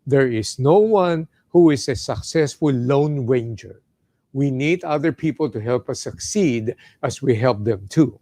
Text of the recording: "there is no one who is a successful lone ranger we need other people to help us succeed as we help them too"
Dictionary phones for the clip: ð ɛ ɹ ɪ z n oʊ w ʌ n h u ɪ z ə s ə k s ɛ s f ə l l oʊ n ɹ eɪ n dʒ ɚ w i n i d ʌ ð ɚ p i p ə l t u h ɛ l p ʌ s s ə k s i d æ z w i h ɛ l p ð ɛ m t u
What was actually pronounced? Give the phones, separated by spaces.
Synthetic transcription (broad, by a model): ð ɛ ɹ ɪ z n oʊ w ʌ n h u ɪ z ə s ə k s ɛ s f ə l l oʊ n ɹ eɪ n dʒ ɚ w i n i d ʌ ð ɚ p i p ə l t u h ɛ l p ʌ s s ə k s i d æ s w i h ɛ l p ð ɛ m t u